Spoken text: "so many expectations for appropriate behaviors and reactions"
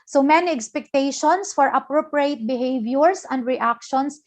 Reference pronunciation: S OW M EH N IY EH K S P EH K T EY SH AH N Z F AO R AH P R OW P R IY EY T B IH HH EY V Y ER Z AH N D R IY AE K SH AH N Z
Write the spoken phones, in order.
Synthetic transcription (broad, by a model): S OW M EH N IY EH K S P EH K T EY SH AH N S F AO R AH P R OW P R IY EY T B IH HH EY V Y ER S AH N D R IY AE K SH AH N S